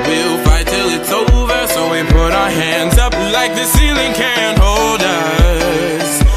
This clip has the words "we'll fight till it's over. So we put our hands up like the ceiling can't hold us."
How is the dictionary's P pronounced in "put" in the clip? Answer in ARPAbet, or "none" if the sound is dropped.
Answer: P